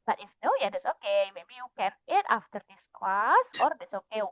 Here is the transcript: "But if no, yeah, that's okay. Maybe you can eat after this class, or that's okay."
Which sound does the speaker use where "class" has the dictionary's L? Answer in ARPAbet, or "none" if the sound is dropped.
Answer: none